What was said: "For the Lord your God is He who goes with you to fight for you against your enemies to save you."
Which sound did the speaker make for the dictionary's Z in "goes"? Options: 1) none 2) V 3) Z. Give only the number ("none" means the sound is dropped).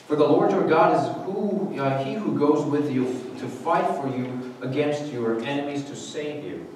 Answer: 3